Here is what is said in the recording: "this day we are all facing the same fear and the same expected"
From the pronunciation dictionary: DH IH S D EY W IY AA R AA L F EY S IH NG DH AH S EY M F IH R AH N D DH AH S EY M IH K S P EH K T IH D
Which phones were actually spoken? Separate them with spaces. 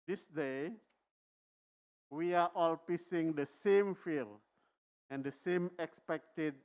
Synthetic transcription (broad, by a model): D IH S D EY W IY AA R AA L P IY S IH NG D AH S EY M F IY L AH N D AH S EY M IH K S P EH K T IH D